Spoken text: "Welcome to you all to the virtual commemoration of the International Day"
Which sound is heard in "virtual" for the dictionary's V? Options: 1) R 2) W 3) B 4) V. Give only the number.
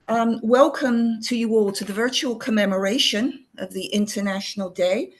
4